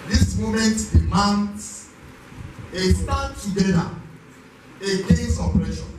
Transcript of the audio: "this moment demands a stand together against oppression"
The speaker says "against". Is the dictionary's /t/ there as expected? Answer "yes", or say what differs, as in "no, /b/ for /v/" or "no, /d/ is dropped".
no, /t/ is dropped